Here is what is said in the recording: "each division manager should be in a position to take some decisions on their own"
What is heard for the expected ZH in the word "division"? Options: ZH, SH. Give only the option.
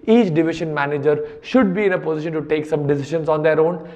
SH